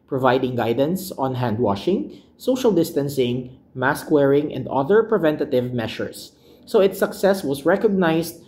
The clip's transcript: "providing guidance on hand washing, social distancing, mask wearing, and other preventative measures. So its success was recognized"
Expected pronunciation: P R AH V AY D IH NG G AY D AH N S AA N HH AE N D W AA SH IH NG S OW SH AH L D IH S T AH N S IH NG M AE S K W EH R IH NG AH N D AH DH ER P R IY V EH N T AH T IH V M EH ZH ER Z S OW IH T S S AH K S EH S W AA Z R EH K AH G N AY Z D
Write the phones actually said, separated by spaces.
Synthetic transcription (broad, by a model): P R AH V AY D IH NG G AY D AH N S AA N HH AE N D W AA SH IH NG S OW SH AH L D IH S T AH N S IH NG M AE S K W EH R IH NG AH N D AH DH ER P R IY V EH N T AH T IH V M EH SH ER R S OW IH T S S AH K S EH S W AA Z R EH K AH G N AY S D